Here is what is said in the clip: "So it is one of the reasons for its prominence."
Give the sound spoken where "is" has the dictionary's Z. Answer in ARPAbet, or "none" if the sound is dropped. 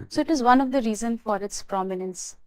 Z